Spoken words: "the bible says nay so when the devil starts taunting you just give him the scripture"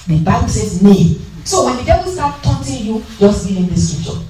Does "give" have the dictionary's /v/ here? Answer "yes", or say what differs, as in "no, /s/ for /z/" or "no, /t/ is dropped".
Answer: no, /v/ is dropped